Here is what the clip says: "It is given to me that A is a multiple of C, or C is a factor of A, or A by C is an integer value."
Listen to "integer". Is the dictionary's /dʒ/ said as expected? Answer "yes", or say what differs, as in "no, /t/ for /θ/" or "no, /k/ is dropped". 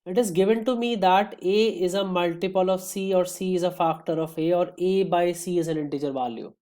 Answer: yes